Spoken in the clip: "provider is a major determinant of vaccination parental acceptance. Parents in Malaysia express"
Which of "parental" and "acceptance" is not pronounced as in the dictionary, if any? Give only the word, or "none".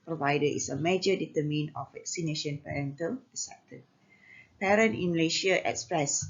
acceptance